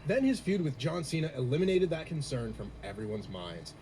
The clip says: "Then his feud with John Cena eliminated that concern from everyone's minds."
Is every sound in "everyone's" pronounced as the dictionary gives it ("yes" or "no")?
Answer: yes